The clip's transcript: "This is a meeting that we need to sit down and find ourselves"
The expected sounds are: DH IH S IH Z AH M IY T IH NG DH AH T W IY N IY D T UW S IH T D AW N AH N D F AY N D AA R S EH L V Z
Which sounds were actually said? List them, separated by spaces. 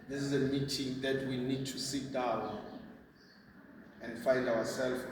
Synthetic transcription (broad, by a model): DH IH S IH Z AH M IY T IH NG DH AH T W IY N IY D T UW S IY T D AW AH N D F AY N D AA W S EH L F